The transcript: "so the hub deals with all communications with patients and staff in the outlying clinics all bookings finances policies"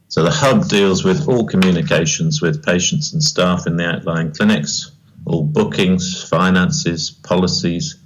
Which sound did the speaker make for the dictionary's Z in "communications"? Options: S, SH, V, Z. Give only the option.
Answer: Z